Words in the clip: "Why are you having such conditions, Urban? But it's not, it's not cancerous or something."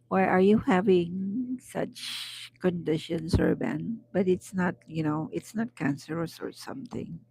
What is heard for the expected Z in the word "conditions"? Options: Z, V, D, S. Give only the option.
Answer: S